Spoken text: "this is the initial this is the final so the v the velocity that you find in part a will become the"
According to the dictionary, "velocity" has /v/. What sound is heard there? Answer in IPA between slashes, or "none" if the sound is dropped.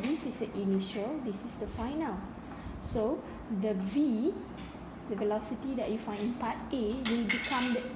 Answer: /v/